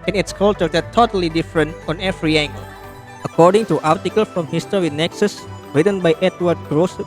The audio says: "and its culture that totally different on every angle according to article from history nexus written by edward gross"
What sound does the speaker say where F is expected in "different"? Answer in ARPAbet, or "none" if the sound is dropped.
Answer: F